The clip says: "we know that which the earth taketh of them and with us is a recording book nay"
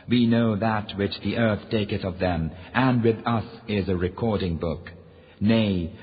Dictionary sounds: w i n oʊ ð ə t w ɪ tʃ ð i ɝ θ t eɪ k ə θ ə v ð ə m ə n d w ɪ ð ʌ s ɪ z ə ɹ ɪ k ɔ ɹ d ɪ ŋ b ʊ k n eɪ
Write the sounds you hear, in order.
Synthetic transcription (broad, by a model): w i n oʊ ð ə t w ɪ tʃ ð i ɝ θ t eɪ k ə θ ə v ð ə m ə n w ɪ ð ʌ s ɪ z ə ɹ ɪ k ɔ ɹ d ɪ ŋ b ʊ k n eɪ